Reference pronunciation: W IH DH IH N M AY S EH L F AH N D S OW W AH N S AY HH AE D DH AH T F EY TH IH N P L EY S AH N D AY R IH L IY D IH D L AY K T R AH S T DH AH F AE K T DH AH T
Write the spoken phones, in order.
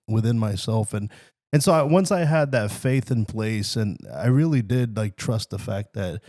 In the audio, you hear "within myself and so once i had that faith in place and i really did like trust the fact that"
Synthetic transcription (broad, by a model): W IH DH IH N M AY S EH L F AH N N S OW W AH N S AY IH D DH AH T F EY TH IH N P L EY S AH N AY R IH L IY D IH D L AY K T R AH S T DH AH F AE K T DH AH T